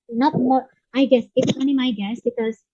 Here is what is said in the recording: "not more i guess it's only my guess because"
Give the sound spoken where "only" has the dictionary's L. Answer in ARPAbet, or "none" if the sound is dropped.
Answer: none